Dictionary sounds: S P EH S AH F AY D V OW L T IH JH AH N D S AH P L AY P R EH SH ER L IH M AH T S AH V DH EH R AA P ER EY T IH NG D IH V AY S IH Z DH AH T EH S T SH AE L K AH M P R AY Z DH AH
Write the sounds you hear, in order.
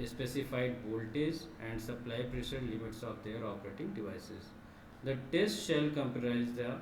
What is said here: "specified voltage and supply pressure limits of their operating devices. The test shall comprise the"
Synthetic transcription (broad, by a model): S P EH S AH F AY D B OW L T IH Z AH N D S AH P L AY P R EH SH ER L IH M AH T S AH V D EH R AA P ER EY T IH NG D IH V AY S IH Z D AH T EH S T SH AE L K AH M P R AY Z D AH